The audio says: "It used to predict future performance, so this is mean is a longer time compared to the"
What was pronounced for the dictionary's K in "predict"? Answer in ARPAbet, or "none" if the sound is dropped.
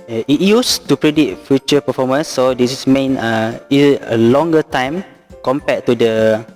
none